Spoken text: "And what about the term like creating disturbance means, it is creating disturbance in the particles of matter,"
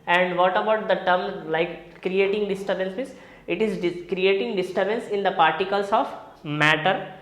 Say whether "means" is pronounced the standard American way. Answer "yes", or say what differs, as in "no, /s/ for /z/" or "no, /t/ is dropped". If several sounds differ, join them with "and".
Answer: no, /n/ is dropped